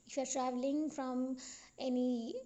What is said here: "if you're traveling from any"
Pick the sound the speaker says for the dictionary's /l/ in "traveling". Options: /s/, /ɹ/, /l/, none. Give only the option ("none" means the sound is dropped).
/l/